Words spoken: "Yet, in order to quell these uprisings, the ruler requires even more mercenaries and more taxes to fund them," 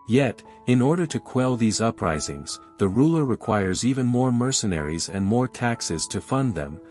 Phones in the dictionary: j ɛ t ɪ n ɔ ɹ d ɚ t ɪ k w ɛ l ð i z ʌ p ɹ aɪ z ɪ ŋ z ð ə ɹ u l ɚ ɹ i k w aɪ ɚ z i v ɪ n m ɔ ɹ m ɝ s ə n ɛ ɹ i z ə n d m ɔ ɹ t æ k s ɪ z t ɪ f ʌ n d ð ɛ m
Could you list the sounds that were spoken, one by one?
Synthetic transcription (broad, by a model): j ɛ t ɪ n ɔ ɹ d ɚ t ɪ k w ɛ l ð i z ʌ p ɹ aɪ z ɪ ŋ z ð ə ɹ u l ɚ ɹ i k w aɪ ɚ z i v ɪ n m ɔ ɹ m ɝ s ə n ɛ ɹ i z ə n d m ɔ ɹ t æ k s ɪ z t ɪ f ʌ n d ð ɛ m